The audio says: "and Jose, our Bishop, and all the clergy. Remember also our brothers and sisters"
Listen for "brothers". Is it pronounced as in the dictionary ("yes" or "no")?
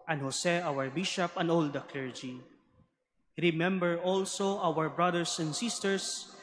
no